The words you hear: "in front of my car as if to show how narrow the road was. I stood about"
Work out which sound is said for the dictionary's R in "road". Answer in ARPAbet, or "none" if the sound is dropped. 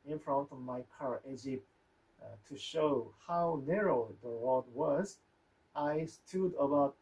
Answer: W